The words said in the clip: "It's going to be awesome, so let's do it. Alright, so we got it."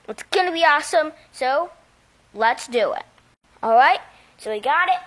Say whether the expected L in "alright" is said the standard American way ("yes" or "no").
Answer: yes